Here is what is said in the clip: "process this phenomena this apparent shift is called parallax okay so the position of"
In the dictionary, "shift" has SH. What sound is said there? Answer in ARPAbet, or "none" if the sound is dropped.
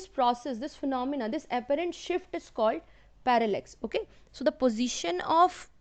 SH